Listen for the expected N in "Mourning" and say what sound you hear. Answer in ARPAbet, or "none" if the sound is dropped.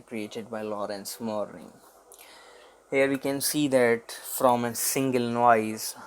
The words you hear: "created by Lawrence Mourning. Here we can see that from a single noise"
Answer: none